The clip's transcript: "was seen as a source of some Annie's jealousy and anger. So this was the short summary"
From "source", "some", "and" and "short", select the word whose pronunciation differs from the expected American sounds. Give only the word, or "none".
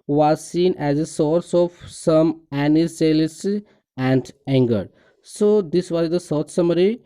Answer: short